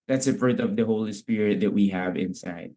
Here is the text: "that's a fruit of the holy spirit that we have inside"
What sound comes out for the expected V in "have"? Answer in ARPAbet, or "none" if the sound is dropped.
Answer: V